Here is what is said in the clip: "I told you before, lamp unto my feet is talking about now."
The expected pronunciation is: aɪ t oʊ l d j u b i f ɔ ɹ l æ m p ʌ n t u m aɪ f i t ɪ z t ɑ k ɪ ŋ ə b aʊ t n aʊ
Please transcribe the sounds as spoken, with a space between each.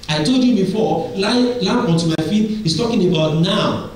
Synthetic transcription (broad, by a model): aɪ t oʊ l d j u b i f ɔ l l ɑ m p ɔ n t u m aɪ f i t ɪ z t ɑ k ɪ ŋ ə b aʊ t n aʊ